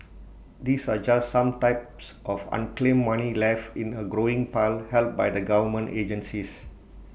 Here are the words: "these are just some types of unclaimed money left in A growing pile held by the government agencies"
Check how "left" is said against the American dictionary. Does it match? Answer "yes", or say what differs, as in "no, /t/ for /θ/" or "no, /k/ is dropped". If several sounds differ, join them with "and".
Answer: no, /t/ is dropped